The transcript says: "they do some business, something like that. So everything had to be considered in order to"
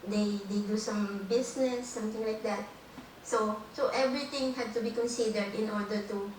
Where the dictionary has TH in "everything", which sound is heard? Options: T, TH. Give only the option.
T